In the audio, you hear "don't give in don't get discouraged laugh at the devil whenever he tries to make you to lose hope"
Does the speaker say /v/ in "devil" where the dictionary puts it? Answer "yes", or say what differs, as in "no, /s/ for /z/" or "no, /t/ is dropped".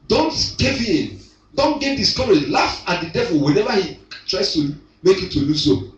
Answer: yes